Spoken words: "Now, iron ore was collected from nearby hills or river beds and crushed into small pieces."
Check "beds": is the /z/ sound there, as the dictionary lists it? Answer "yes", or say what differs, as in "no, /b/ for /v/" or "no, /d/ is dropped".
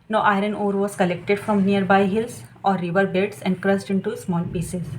no, /s/ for /z/